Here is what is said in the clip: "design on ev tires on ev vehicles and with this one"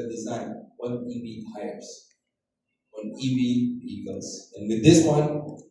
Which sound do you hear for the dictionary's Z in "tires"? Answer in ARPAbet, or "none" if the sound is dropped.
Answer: S